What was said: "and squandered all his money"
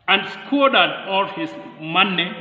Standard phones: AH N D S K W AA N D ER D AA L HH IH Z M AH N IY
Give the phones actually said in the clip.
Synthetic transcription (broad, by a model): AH N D S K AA D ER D AA L HH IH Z M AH N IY